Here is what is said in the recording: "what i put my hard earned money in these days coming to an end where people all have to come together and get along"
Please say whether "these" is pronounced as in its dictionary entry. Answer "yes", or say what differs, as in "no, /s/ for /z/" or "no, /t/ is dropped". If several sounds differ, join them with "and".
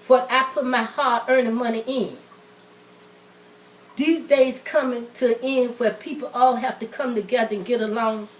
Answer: yes